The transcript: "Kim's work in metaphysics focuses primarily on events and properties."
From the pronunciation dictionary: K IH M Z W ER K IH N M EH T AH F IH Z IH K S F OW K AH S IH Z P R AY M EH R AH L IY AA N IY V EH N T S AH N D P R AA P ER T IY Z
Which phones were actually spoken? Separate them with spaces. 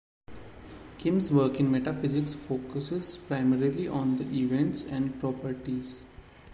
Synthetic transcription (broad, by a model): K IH M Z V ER K IH N M EH T AH F IH Z IH K S F OW K AH S IH Z P R AY M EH R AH L IY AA N IY V EH N T S AH N D P R AA P ER T IY Z